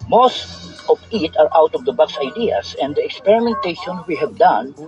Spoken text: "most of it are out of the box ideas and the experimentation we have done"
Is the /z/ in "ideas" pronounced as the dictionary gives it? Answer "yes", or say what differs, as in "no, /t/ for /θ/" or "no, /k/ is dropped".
no, /s/ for /z/